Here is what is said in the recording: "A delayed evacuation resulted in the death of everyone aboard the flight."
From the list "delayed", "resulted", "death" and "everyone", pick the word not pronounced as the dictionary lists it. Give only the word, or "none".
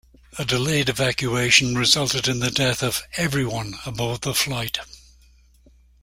none